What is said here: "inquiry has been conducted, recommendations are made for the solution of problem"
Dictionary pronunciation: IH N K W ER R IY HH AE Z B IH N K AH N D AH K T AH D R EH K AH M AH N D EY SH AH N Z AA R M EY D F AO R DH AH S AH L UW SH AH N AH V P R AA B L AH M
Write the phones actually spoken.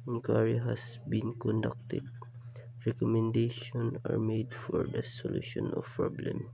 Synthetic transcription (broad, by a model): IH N K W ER R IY HH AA S B IH N K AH N D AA K T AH D R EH K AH M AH N D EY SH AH N AA R M EY D F AO R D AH S AH L UW SH AH N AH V P R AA B L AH M